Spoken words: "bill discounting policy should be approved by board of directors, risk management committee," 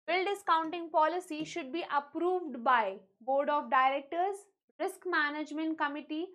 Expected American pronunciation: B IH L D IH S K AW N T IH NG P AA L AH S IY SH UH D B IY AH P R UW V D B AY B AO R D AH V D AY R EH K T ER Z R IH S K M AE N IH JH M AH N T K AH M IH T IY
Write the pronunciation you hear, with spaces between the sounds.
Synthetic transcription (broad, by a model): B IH L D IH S K AW N T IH NG P AA L AH S IY SH UH D B IY AH P R UW V D B AY B AO R D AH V D AY R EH K T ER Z R IH S K M AE N IH JH M AH N T K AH M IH T IY